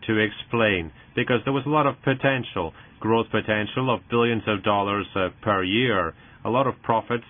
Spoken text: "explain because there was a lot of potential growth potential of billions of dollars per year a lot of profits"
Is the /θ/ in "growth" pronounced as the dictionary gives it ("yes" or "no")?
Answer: yes